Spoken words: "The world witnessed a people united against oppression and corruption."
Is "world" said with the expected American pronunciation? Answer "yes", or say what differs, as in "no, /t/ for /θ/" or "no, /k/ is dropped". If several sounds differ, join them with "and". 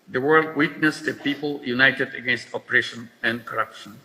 yes